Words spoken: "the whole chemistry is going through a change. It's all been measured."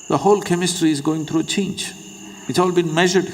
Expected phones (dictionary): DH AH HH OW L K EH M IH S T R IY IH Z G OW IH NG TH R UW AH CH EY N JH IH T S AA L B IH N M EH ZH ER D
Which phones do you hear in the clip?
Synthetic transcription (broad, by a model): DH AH HH OW L K EH M IH S T R IY IH Z G OW IH NG T R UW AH CH EY N JH IH T S AA L B IH N M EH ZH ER D